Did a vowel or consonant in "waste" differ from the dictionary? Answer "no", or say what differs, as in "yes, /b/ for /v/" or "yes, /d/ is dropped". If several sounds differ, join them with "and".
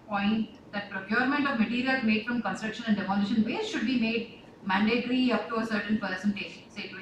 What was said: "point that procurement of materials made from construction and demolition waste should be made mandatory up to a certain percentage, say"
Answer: yes, /s/ is dropped